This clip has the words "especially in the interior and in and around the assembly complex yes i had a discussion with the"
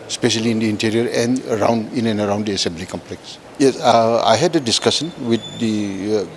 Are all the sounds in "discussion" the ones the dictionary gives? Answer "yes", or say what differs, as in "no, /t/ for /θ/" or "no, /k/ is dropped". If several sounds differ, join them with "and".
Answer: no, /s/ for /ʃ/